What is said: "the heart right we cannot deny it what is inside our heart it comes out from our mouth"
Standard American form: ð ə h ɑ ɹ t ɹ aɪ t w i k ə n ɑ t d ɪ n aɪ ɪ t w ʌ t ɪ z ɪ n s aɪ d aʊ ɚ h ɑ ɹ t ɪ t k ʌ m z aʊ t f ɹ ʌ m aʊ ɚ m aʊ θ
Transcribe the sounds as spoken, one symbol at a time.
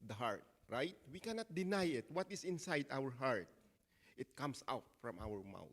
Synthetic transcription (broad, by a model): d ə h ɑ ɹ t ɹ aɪ t w i k ə n ɑ t d ɪ n aɪ ɪ t w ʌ t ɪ s ɪ n s aɪ d aʊ ɚ h ɑ ɹ t ɪ t k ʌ m s aʊ t f ɹ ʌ m aʊ ɚ m aʊ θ